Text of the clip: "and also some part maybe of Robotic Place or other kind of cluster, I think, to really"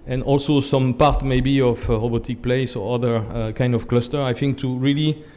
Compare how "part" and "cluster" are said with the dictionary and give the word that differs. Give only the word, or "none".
none